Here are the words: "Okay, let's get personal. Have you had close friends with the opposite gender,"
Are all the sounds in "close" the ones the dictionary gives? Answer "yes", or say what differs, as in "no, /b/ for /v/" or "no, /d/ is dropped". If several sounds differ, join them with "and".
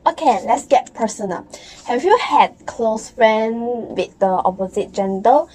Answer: yes